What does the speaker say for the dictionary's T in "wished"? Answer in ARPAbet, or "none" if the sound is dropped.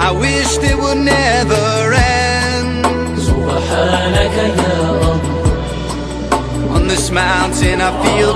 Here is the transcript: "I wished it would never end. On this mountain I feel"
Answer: none